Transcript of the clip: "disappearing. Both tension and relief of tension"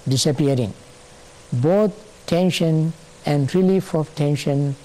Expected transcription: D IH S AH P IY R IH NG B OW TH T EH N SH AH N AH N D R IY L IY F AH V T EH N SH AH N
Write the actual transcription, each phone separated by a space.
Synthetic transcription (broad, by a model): D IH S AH P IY R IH NG B OW T T EH N SH AH N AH N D R IY L IY F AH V T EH N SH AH N